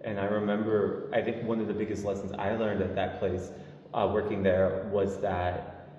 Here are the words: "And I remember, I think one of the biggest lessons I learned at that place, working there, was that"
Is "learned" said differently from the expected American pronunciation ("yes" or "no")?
no